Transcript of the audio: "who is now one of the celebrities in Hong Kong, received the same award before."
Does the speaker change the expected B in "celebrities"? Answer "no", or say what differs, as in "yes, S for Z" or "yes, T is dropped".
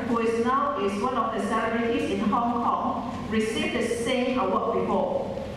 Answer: yes, B is dropped